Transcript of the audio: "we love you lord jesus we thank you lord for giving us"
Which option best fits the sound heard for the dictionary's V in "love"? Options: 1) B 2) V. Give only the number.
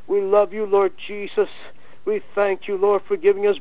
2